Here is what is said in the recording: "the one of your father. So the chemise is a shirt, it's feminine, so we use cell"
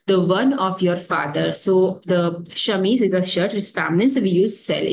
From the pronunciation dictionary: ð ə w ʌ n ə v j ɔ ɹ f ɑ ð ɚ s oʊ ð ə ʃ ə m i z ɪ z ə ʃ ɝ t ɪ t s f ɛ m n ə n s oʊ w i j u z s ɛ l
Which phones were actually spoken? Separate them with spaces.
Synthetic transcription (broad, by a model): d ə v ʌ n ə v j ɔ ɹ f ɑ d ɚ s oʊ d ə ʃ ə m i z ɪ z ə ʃ ɝ t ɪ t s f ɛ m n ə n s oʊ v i j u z s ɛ l